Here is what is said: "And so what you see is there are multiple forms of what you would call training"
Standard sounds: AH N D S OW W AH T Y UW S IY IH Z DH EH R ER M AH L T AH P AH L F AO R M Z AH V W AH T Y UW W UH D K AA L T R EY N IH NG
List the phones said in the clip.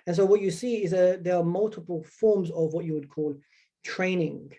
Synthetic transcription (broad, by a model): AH N S OW W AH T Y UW S IY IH Z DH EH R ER M AH L T AH P AH L F AO R M Z AH V W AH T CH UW W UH D K AA L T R EY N IH NG